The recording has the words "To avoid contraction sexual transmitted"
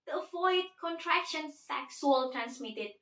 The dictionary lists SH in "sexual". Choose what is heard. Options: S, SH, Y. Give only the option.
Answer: S